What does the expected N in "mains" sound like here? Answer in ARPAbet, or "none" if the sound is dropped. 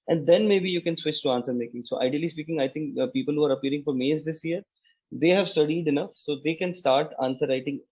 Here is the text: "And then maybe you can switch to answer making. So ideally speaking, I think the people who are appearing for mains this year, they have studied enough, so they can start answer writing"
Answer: none